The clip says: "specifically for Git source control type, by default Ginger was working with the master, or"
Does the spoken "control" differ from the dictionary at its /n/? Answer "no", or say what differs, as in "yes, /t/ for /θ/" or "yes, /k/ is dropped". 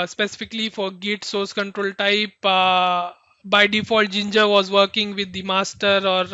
no